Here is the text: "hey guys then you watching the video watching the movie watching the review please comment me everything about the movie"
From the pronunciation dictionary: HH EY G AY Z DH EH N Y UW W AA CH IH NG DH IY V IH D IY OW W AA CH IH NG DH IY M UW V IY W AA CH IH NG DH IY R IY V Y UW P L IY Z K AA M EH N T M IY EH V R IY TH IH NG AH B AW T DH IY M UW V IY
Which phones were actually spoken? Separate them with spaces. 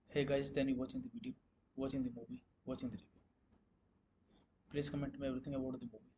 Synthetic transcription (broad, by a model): HH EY G AY Z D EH N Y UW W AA CH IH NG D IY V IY D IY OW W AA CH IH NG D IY M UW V IY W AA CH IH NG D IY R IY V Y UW P L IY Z K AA M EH N T M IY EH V R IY T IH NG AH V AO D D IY M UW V IY